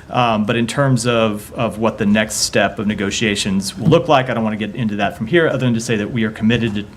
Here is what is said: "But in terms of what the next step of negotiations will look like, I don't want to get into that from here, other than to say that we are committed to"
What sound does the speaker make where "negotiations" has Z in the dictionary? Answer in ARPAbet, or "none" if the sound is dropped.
Z